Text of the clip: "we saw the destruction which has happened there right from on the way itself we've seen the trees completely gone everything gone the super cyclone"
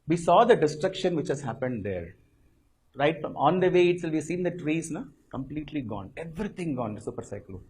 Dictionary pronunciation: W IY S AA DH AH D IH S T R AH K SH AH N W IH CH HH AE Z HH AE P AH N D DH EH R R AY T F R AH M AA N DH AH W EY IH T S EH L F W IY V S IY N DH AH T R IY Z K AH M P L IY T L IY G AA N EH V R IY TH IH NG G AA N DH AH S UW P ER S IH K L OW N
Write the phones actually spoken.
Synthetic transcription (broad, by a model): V IY S AA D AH D IH S T R AH K SH AH N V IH CH HH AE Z HH AE P AH N D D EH R R AY T F R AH M AA N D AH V EY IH T S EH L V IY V S IY N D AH T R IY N K AH M P L IY T L IY G AA N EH V R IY T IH NG G AA N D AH S UW P ER S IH K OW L